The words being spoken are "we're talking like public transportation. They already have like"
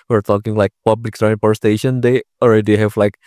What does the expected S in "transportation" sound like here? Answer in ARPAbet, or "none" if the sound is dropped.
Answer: none